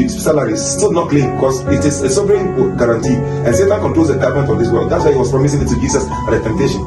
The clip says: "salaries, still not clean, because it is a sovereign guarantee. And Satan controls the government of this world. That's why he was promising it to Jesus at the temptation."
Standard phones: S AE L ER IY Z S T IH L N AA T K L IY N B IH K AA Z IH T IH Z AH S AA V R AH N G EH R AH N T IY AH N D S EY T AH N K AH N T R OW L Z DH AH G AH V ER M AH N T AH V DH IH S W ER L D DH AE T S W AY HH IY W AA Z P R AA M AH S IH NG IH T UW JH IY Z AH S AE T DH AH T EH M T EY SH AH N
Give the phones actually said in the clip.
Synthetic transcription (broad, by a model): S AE L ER IY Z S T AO N AA T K L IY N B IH K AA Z IH T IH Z AH S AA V R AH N G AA R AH N T IY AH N S EY T AH N K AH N T R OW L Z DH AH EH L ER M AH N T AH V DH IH S W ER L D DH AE T S W AY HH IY W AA S P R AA M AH S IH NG IH T UW JH IY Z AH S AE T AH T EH M T EY SH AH N